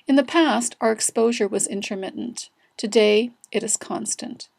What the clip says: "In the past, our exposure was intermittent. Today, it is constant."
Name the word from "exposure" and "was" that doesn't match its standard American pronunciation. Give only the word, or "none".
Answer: none